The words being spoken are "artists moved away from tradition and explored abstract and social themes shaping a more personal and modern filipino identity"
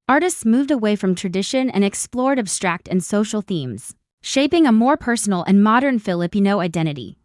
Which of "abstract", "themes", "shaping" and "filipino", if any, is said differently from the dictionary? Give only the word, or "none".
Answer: none